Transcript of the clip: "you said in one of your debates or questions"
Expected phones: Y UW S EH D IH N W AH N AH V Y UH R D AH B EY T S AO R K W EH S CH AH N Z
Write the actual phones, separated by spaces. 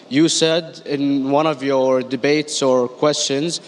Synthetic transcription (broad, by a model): Y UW S EH D IH N W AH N AH V Y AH R D AH B EY T S AO R K W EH S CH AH N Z